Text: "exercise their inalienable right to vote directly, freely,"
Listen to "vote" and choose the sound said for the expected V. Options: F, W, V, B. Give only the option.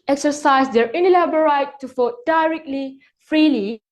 F